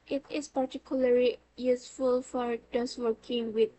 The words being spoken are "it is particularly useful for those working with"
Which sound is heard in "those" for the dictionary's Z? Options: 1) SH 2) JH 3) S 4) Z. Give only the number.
3